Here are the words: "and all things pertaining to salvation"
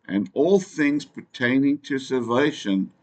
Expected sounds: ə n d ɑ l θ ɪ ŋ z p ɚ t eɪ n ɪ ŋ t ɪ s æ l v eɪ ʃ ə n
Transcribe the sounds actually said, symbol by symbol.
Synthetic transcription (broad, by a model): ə n ɑ l θ ɪ ŋ z p ɚ t eɪ n ɪ ŋ t ɪ s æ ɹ v eɪ ʃ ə n